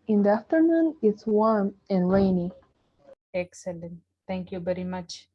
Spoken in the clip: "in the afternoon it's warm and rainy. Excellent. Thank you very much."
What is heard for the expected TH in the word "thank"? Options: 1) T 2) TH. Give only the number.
1